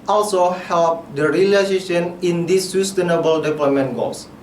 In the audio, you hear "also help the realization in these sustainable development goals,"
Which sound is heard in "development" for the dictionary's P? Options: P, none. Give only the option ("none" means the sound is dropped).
none